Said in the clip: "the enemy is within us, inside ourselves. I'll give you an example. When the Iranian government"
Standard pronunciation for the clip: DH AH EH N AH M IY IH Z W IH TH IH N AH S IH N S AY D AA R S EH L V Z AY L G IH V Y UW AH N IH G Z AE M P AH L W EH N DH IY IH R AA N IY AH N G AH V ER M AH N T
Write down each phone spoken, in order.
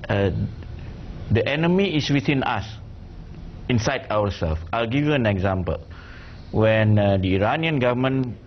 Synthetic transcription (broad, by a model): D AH EH N AH M IY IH S W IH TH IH N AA S IH N S AY D AA W S EH L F AY L G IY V Y UW AH N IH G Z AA M P AH L W EH N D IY IH R AA N IY AH N G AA V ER M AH N